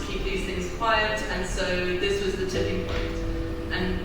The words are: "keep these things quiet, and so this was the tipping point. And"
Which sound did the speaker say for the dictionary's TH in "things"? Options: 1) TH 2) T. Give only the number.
1